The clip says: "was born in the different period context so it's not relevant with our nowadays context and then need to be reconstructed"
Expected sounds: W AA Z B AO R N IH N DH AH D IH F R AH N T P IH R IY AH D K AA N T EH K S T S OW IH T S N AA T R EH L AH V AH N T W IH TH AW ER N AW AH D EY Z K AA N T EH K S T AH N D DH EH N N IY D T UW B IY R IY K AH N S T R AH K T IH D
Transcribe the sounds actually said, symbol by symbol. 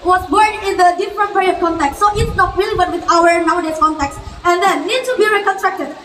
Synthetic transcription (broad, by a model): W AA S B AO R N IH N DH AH D IH F R AH N T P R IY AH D K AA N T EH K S S OW IH T S N AA T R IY L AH B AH T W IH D AW ER N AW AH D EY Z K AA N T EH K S AH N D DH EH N N IY D T UW B IY R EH K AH N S T R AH K T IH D